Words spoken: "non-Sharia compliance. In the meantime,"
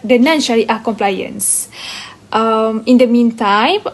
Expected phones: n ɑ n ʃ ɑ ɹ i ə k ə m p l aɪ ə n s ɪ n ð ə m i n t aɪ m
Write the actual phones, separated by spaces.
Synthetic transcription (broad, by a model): n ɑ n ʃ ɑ l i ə k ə m p l aɪ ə n s ɪ n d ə m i n t aɪ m